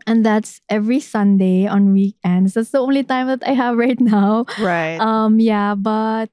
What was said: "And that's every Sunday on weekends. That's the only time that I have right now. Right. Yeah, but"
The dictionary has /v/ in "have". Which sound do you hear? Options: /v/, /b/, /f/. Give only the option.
/v/